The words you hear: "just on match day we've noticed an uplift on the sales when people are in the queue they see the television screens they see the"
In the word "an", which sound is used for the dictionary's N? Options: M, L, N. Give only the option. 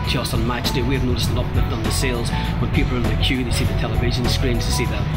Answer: L